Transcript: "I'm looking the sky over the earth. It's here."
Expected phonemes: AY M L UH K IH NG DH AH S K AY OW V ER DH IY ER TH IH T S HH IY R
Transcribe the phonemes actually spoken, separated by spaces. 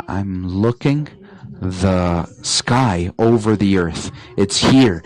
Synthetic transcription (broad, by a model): AY M L UH K IH NG DH AH S K AY OW V ER DH IY ER TH IH T S HH IY R